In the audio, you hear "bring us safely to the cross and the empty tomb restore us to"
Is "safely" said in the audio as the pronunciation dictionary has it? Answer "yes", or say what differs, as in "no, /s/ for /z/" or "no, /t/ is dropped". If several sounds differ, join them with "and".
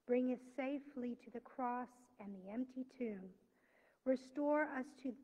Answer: yes